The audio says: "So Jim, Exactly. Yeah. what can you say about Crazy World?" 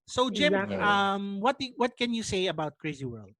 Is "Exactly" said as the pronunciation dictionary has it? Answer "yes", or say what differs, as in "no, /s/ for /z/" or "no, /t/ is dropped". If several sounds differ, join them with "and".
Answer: no, /k/ is dropped